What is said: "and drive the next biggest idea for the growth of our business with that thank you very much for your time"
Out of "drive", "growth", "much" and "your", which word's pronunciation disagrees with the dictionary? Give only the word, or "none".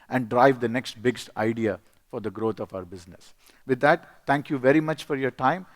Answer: growth